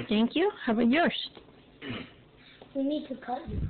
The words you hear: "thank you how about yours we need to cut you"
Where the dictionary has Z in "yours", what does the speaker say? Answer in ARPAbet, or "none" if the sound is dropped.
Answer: S